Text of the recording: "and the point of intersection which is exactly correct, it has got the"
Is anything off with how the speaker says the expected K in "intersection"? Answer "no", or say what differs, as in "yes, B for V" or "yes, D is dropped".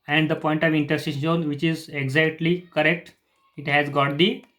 yes, K is dropped